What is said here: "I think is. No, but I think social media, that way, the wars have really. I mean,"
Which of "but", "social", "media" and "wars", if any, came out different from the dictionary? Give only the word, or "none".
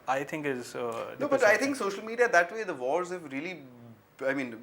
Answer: wars